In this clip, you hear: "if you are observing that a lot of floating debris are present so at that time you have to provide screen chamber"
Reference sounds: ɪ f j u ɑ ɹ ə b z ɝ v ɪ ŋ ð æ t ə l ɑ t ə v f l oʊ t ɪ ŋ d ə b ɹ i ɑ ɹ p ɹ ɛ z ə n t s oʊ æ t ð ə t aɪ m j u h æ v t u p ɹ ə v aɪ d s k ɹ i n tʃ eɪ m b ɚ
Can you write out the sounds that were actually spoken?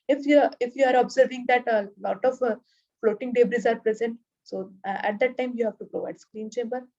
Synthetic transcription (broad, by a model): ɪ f j u ɑ ɹ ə b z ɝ v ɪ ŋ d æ t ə l ɑ t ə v f l oʊ t ɪ ŋ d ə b ɹ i ɑ ɹ p ɹ ɛ z ə n t s oʊ æ t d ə t aɪ m j u h æ v t u p ɹ ə v aɪ d s k ɹ i n tʃ eɪ m b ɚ